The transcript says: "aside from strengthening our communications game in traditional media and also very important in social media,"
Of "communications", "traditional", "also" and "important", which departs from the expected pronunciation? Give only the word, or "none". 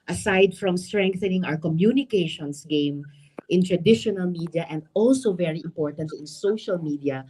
communications